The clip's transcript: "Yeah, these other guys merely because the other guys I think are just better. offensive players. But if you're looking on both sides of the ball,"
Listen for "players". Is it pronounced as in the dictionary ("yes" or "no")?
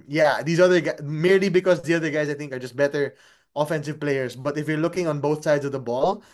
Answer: no